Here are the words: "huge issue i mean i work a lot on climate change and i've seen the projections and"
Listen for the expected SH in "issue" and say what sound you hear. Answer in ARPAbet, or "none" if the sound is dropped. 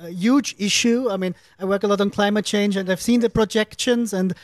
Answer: SH